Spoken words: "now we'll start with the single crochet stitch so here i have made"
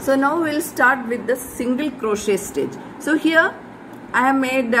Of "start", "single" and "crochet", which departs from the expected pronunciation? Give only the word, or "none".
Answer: none